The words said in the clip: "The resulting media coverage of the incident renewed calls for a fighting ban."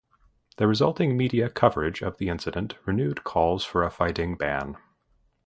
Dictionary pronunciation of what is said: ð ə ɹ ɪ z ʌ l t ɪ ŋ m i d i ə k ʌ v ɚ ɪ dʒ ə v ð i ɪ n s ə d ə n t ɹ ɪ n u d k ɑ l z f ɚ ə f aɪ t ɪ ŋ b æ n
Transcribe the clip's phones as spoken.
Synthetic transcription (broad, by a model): ð ə ɹ ɪ z ʌ l t ɪ ŋ m i d i ə k ʌ v ɚ ɪ dʒ ə v ð i ɪ n s ə d ə n t ɹ ɪ n u d k ɑ l z f ɚ ə f aɪ t ɪ ŋ b æ n